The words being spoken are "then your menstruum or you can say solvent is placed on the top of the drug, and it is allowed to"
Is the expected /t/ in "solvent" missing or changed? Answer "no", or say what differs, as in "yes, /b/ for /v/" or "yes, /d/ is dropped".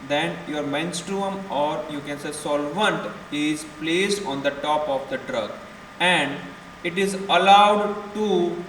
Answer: no